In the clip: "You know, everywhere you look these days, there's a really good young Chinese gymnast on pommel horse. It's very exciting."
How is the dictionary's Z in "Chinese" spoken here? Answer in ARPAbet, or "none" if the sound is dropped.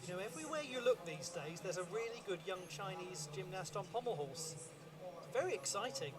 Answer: Z